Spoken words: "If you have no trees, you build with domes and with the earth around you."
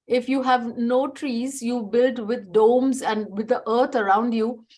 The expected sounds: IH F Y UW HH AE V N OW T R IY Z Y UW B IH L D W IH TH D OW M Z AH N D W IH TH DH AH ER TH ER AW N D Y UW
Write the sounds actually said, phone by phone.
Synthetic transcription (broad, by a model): IH F Y UW HH AE V N OW T R IY Z Y UW B IH L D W IH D D OW M Z AH N D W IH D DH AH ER T ER AW N D Y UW